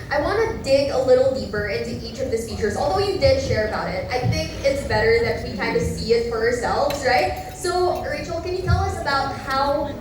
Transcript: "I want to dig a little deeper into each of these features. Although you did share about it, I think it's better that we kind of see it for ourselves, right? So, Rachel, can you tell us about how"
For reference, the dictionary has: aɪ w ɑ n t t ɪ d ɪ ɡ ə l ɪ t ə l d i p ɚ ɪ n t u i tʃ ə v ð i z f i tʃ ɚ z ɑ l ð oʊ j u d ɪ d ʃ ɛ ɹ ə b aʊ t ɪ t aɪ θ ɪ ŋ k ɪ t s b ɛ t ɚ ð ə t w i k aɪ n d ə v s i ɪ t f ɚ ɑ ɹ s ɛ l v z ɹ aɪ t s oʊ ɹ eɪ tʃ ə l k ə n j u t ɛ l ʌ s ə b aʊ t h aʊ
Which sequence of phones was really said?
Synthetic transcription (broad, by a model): aɪ w ɑ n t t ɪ d ɪ ɡ ə l ɪ t l d i p ɚ ɪ n t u i tʃ ə v ð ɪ s f i tʃ ɚ z ɑ l ð oʊ j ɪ d ɪ d ʃ ɛ ɹ ə b aʊ t ɪ t aɪ θ ɪ ŋ k ɪ t s b ɛ t ɚ ð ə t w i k aɪ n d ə s i ɪ t f ɚ ɑ ɹ s ɛ l v z ɹ aɪ t s oʊ ɹ eɪ tʃ l k ə n j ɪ t ɛ l ʌ s ə b aʊ t h aʊ